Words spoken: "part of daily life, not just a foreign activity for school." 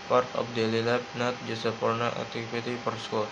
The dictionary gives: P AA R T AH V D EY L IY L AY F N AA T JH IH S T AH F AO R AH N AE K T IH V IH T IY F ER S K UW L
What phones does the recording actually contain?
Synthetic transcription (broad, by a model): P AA R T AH F D EY L IY L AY P N AA T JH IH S AH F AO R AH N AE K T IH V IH T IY P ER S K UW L